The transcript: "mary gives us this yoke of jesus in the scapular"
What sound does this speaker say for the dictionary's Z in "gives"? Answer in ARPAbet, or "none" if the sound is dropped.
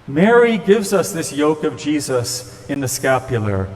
Z